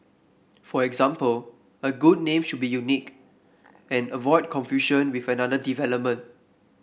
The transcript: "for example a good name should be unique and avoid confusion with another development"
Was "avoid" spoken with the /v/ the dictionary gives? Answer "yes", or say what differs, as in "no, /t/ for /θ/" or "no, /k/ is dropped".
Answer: yes